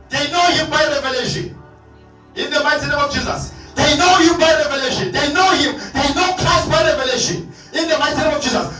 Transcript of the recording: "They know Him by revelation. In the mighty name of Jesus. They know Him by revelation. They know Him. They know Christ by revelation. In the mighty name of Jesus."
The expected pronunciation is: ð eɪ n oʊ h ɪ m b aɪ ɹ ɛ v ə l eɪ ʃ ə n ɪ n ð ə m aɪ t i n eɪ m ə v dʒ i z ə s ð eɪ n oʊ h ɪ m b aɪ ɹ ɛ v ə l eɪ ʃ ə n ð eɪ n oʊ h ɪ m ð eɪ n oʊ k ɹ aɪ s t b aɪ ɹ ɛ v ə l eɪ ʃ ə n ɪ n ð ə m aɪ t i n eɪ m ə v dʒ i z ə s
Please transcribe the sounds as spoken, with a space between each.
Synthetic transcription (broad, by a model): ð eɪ n oʊ h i m b aɪ ɹ ɛ v ə l eɪ ʃ ə n ɪ n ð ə m aɪ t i n eɪ m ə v dʒ i z ə s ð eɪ n oʊ h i m b aɪ ɹ ɛ v ə l eɪ ʃ ə n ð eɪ n oʊ h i m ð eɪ n oʊ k aɪ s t b aɪ ɹ ɛ v ə l eɪ ʃ ə n ɪ n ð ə m aɪ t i n eɪ m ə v dʒ i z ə s